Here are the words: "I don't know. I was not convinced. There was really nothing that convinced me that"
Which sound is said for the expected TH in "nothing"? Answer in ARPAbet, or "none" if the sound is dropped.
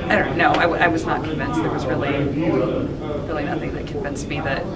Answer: TH